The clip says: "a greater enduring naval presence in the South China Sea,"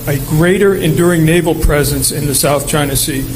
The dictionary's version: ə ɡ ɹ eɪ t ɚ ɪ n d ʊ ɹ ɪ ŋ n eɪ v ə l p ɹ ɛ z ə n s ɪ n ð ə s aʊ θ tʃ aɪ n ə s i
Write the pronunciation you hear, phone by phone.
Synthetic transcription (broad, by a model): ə ɡ ɹ eɪ t ɚ ɪ n d ʊ ɹ ɪ ŋ n eɪ v l p ɹ ɛ z ə n s ɪ n ð ə s aʊ θ tʃ aɪ n ə s i